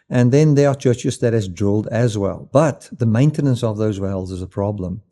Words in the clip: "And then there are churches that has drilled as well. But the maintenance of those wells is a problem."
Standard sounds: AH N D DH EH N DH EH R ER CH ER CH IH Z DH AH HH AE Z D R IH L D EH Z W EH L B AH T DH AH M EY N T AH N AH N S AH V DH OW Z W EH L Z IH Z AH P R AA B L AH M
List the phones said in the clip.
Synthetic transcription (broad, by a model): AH N DH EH N DH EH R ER CH ER CH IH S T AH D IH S D R IH L D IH Z W EH L B AH T DH AH M EY N T AH N AH N S AH V DH OW Z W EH L Z IH Z AH P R AA B L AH M